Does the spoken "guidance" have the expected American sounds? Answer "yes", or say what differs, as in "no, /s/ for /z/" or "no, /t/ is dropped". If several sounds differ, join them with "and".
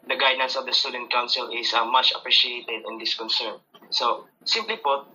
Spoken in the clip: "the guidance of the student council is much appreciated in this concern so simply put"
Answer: yes